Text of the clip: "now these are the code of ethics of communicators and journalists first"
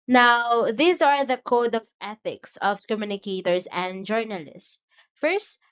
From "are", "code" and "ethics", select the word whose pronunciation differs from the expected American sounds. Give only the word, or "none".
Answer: none